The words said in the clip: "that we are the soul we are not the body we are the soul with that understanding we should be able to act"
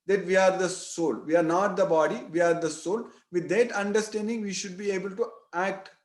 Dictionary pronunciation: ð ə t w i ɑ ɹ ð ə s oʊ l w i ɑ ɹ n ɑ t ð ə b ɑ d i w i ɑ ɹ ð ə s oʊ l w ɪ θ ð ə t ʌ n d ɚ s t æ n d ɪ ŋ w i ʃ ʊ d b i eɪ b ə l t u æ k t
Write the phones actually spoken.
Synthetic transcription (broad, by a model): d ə t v i ɑ ɹ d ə s oʊ l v i ɑ ɹ n ɑ t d ə b ɑ d i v i ɑ ɹ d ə s oʊ l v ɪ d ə t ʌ n d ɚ s t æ n d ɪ ŋ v i ʃ ʊ d b i eɪ b ə l t u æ k t